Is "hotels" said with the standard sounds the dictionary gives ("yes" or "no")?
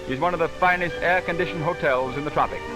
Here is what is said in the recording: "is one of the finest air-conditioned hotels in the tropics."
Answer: yes